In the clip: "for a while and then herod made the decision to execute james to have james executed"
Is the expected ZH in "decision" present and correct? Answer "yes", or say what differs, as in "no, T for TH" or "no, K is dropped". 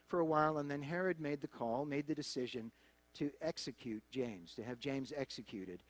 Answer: yes